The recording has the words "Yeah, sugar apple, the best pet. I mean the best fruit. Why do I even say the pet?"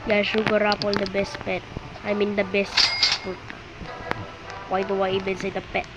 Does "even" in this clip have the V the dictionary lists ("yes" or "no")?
no